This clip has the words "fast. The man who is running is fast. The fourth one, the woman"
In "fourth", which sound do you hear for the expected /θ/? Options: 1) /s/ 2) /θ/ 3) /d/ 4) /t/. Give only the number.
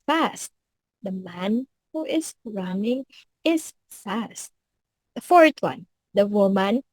4